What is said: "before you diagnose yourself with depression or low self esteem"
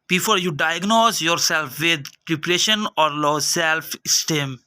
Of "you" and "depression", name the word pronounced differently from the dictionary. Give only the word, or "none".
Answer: depression